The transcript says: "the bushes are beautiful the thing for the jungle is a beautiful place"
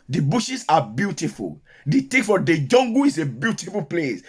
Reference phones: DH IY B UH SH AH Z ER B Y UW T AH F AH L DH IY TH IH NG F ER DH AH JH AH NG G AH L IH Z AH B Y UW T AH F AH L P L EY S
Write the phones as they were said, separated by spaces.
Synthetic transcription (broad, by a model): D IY B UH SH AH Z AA B Y UW T AH F AH L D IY T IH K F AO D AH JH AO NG G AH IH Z AH B Y UW T AH F AH L P L EY S